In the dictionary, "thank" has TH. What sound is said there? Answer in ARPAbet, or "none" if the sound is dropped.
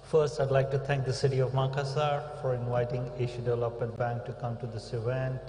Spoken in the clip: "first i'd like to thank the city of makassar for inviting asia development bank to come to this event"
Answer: T